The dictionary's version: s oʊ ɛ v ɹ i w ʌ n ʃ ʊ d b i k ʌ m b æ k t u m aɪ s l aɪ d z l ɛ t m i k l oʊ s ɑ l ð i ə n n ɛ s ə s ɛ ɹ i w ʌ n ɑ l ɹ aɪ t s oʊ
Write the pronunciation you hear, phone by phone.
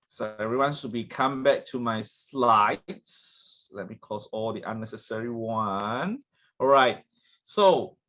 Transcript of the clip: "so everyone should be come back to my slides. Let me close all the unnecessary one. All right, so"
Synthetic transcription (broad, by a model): s oʊ ɛ v ɹ i w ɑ n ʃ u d b i k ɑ m b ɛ k t u m aɪ s l aɪ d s l ɛ t m i k oʊ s ɑ l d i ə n n ɛ s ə s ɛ ɹ i w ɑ n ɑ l ɹ aɪ t s oʊ